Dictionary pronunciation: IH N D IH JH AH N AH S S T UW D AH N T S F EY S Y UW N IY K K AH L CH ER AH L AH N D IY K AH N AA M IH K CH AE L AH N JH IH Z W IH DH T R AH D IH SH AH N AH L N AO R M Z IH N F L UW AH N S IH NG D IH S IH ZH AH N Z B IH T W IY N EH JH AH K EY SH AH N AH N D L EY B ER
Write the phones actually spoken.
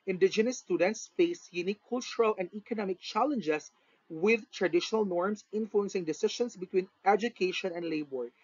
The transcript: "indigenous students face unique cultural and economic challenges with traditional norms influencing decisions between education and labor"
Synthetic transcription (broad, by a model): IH N D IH JH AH N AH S S T UW D AH N T S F EY S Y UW N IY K K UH L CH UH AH L AH N D IY K AH N AA M IH K CH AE L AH N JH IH S W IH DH T R AH D IH SH AH N AH L N AO R M S IH N F L UW AH N S IH NG D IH S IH SH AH N S B IH T W IY N EH JH AH K EY SH AH N AH N D L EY B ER